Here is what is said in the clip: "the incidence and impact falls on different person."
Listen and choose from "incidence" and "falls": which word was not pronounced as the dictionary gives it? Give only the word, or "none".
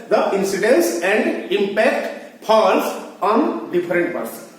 falls